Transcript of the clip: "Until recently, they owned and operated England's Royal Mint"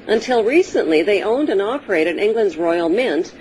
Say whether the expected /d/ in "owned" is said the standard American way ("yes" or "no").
yes